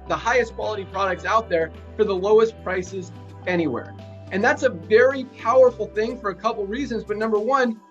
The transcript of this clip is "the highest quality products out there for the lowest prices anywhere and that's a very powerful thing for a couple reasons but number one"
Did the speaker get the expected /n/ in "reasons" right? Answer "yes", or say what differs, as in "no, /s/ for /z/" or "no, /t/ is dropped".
yes